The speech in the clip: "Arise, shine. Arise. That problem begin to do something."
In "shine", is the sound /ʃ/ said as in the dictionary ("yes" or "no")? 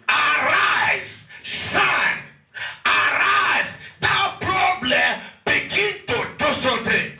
no